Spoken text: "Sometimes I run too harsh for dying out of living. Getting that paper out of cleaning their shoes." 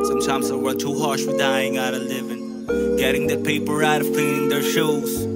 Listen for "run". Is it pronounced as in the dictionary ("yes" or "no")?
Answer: no